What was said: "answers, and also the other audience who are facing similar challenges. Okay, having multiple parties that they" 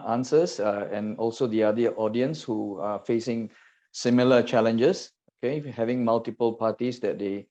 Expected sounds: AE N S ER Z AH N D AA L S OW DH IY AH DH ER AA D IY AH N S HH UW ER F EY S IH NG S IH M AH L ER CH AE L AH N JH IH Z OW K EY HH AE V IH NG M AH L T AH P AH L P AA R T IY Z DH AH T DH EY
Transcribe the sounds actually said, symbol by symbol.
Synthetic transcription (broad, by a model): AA N S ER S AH N AA L S OW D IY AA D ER AA D IY AH N S HH UW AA F EY S IH NG S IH M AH L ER CH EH L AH N JH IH S OW K EY HH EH V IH NG M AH L T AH P AH L P AA T IY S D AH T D EY